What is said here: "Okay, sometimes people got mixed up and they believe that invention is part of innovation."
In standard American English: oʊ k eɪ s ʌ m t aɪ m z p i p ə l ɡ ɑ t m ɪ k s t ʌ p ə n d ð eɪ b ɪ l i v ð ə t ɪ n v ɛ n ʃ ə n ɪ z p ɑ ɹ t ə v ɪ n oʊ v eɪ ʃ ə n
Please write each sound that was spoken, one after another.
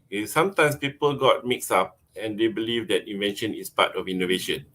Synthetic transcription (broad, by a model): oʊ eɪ s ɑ m t aɪ m s p i p ə l ɡ ɑ t m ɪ k s ɑ p ə n d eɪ b ɪ l i v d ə t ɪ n v ɛ n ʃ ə n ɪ s p ɑ t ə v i n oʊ v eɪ ʃ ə n